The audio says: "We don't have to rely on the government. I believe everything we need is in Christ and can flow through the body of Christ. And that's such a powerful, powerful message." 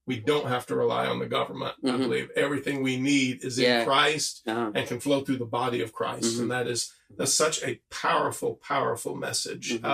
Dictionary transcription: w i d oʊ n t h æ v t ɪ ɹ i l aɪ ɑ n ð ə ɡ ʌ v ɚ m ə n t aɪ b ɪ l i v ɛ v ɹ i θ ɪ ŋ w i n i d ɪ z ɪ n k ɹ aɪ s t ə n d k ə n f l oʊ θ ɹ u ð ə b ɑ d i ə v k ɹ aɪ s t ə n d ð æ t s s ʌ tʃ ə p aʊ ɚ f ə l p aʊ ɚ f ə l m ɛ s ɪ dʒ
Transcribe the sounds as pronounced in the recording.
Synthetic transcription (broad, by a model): w i d oʊ n t h æ f t ɪ ɹ i l aɪ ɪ n ð ə ɡ ʌ v ɚ m ə n t aɪ b ɪ l i v ɛ v ɹ i θ ɪ ŋ w i n i d ɪ z ɪ n k ɹ aɪ s t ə n k ə n f l oʊ θ ɹ u ð ə b ɑ d i ə v k ɹ aɪ s t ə n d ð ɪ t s s ʌ tʃ ə p aʊ ɚ f l p aʊ ɚ f l m ɛ s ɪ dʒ